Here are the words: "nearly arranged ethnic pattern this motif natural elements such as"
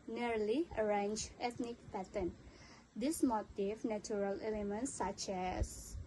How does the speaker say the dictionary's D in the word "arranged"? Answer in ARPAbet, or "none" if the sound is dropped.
none